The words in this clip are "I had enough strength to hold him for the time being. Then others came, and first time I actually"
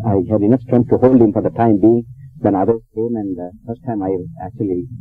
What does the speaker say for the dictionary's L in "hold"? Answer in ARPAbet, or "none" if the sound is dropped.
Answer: L